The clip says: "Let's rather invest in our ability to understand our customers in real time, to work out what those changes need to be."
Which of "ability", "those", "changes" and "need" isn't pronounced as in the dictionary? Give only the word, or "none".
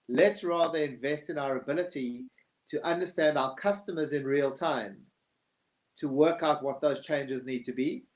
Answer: none